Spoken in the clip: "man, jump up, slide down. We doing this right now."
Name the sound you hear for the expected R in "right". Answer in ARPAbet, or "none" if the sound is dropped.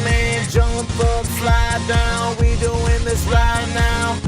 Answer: L